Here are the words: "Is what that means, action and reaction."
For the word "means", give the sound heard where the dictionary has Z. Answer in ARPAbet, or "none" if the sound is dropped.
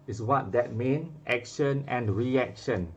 none